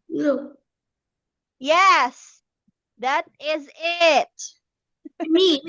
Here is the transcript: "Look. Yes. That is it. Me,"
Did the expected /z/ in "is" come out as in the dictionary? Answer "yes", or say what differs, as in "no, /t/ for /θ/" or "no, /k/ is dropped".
yes